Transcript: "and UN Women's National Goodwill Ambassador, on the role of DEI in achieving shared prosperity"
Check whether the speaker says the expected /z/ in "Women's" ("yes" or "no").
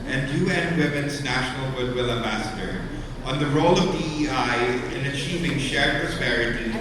yes